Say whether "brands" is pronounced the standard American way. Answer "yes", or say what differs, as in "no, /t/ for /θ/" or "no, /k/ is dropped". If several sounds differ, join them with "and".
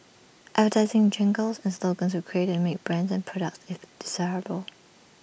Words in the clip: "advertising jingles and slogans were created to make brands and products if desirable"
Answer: yes